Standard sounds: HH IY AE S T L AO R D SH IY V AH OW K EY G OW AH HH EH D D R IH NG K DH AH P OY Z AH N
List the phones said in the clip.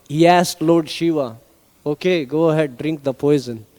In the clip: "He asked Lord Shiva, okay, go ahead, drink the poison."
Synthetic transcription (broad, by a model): HH IY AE S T L AO R D SH IY V AH OW K EY G OW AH HH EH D D R IH NG K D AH P OY Z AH N